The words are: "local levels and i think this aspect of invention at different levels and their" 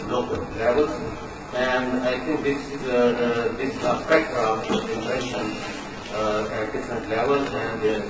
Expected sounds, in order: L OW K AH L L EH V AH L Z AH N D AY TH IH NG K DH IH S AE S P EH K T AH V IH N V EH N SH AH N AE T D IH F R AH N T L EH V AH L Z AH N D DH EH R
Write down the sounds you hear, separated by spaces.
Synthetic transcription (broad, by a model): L OW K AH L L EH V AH L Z AH N D AY T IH NG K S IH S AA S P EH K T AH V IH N EH SH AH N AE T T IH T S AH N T L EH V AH L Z AH N D